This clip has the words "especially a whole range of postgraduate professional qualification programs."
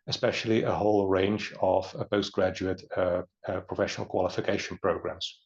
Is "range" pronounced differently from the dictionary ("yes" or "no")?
no